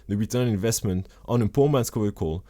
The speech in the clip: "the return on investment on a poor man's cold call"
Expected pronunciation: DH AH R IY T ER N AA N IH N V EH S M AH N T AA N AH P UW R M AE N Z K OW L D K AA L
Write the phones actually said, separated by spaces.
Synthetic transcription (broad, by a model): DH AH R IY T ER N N IH N V EH S M AH N T AA N AH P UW M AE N S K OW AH K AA L